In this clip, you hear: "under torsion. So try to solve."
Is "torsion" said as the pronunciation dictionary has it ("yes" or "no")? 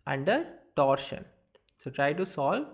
yes